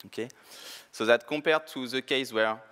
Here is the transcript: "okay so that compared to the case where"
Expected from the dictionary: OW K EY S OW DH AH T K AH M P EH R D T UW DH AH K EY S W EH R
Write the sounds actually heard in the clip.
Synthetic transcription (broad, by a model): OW K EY S OW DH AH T K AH P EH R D T UW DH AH K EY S W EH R